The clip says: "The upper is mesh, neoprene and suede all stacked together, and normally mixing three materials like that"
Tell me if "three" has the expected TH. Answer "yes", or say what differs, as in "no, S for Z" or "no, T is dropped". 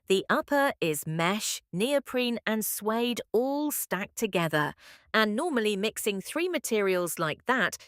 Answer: yes